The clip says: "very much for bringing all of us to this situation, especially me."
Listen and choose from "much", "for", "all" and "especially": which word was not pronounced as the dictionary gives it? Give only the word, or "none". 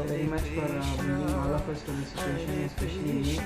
especially